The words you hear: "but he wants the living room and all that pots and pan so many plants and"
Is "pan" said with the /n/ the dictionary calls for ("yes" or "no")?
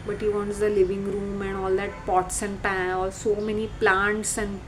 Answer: no